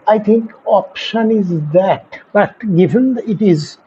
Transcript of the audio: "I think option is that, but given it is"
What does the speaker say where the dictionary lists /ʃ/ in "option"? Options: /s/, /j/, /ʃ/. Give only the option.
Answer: /ʃ/